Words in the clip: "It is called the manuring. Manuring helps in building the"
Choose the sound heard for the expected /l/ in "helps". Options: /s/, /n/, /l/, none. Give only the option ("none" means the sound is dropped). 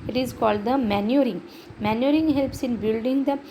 /l/